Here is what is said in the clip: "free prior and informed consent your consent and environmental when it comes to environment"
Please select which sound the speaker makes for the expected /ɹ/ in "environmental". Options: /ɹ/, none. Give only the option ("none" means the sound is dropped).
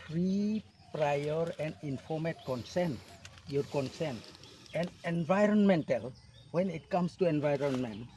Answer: /ɹ/